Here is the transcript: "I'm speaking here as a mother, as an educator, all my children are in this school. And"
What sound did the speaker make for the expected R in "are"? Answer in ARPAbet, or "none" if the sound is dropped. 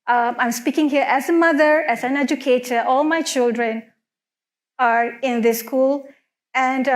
R